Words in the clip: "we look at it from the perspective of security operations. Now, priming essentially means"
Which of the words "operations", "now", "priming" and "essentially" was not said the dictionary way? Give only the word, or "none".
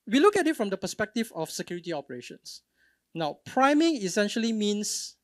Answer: operations